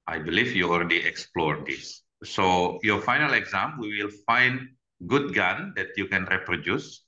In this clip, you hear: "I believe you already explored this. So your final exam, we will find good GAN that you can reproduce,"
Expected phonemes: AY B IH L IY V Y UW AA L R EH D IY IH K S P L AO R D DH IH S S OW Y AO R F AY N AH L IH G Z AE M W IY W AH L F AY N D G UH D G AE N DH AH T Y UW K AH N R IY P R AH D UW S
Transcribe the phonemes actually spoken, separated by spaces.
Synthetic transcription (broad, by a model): AY B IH L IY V Y UW AA L R EH D IY IH K S P L AO R D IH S S OW Y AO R F AY N AH L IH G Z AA M W IY W AH L F AY N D G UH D G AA N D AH T Y UW K AH N R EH P R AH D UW S